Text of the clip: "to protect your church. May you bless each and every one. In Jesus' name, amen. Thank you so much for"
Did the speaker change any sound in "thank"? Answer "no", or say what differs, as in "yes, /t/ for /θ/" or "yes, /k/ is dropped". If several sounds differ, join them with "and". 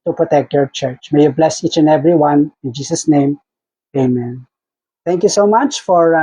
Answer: yes, /t/ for /θ/